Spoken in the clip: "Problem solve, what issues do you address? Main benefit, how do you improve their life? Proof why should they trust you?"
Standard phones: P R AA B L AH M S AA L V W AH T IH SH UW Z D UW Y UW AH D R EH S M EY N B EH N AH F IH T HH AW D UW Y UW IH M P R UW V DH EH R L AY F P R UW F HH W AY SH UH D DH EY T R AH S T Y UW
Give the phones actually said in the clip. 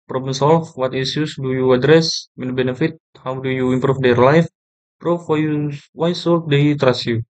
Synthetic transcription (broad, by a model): P R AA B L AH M S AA L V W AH T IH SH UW S D UW Y UW AH D R EH S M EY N B EH N AH F IH T HH AW D UW Y UW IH M P R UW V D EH R L AY F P R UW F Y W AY S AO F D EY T R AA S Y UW